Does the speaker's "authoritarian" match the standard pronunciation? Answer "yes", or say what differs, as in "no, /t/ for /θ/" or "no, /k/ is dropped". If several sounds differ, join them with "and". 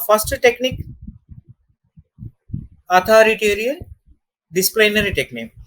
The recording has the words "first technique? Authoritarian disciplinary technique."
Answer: no, /t/ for /θ/